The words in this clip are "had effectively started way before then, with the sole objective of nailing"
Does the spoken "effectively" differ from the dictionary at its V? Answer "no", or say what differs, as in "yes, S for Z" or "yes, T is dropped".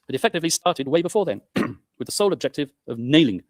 no